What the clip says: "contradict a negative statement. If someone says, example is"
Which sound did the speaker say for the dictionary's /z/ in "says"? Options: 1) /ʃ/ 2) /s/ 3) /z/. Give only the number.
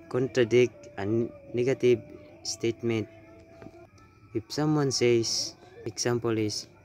2